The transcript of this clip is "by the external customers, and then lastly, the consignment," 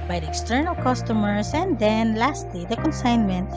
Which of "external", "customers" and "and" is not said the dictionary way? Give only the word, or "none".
customers